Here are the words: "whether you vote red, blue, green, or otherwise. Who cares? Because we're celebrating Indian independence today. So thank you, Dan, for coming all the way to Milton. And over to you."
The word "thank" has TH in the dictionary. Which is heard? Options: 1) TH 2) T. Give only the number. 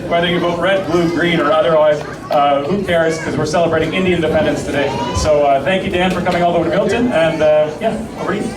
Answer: 1